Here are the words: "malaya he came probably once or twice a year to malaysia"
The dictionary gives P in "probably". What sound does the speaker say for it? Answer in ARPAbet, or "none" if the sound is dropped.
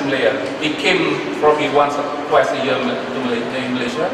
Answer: F